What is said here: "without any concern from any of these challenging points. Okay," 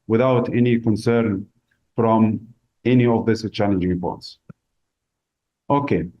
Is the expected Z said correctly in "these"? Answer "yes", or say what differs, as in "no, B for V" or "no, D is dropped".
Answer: no, S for Z